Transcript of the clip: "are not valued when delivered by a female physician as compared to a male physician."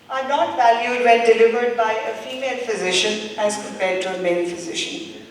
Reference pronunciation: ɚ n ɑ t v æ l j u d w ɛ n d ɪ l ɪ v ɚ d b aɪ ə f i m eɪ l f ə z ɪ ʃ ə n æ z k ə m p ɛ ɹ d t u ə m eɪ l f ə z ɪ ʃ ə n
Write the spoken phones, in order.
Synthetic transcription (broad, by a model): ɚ n ɑ t v æ l j u d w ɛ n d ɪ l ɪ v ɚ d b aɪ ə f i m eɪ l f ə z ɪ ʃ ə n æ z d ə p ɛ d t u ə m eɪ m f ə z ɪ ʃ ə n